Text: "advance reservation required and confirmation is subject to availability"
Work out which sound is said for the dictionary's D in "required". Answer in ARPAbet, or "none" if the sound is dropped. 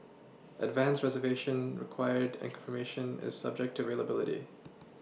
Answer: D